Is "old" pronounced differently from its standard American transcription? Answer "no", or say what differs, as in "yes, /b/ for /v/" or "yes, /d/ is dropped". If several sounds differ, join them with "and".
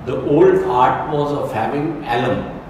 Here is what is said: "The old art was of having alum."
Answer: no